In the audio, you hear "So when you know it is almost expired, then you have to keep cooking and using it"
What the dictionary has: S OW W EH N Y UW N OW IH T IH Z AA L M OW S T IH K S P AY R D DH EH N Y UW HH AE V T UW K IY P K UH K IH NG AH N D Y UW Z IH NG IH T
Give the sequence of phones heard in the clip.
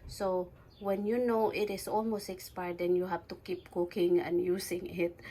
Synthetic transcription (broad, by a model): S OW W EH N Y UW N OW IH T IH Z AA L M OW S T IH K S P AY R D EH N Y UW HH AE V T UW K IY P K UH K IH NG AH N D Y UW S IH NG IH T